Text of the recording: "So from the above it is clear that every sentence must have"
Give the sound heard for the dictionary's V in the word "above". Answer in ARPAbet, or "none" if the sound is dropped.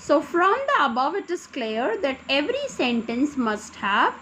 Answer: V